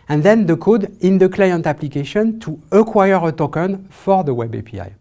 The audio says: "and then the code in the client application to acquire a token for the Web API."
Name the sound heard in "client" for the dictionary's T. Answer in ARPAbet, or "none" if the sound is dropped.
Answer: T